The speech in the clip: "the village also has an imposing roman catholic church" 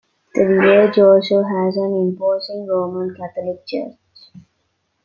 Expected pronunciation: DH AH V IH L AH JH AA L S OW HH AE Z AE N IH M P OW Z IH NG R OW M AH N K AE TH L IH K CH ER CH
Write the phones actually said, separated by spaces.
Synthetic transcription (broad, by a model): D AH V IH AH JH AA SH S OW HH AE Z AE N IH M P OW S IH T R OW M AH N K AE T L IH K CH ER CH